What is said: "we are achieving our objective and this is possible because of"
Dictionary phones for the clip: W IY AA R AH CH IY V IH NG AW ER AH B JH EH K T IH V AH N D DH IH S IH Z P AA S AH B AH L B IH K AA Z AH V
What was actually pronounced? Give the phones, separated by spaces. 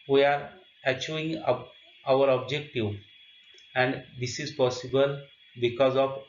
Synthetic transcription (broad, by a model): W IY AA R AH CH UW IH NG AW ER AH B JH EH K T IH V AH N D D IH S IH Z P AA S AH B AH L B IH K AA Z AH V